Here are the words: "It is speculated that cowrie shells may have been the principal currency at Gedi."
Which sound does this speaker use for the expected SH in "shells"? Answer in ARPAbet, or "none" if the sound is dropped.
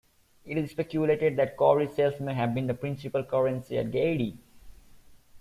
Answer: S